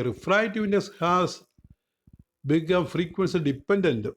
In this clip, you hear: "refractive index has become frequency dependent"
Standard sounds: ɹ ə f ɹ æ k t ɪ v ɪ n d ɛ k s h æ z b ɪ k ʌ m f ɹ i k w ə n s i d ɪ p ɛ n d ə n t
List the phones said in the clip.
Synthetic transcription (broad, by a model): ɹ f ɹ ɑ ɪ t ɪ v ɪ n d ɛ s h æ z b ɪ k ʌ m f ɹ i k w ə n s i d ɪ p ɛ n d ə n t